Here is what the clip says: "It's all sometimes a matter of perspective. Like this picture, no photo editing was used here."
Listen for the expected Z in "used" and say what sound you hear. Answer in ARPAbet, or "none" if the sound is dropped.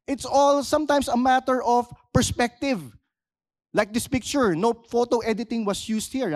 S